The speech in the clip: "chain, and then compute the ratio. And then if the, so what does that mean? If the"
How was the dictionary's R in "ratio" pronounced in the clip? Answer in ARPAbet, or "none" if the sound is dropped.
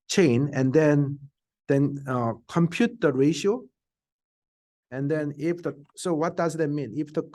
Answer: R